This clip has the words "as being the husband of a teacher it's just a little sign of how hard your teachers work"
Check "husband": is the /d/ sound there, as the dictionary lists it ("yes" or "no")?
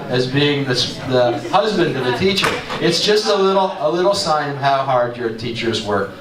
yes